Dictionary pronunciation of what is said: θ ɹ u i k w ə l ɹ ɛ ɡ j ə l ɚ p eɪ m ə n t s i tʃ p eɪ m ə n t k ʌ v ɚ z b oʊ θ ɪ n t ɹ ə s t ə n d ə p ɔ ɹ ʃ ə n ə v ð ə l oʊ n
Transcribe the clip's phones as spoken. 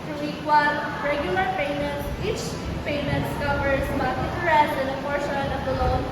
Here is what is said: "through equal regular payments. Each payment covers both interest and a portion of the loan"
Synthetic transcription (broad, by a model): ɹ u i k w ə n ɹ ɛ ɡ j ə l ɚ p eɪ m ə n t s i tʃ p eɪ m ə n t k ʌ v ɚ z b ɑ t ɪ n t ɹ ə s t ə n d ə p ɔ ɹ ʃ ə n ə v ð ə l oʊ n